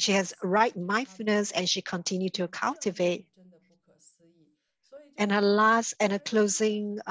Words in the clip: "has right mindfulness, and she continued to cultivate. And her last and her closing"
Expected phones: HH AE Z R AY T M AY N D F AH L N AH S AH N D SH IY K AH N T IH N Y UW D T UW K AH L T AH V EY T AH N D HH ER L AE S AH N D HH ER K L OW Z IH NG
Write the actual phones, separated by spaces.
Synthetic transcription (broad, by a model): HH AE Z R AY T M AY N F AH N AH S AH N SH IY K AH N T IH N Y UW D T UW K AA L T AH V EY T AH N HH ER L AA S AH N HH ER K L OW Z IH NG